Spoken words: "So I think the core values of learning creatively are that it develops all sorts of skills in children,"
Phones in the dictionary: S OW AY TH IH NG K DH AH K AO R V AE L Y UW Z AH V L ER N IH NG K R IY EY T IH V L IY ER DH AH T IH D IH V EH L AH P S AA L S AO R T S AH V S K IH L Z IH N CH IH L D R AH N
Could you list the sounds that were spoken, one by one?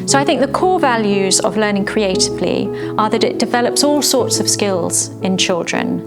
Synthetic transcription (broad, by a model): S OW AY TH IH NG K DH AH K AO V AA L Y UW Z AH V L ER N IH NG K R IY EY T IH V L IY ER DH AH T IH D IH V EH L AH P S AA L S AO T S AH V S K IH L Z IH N CH IH L D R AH N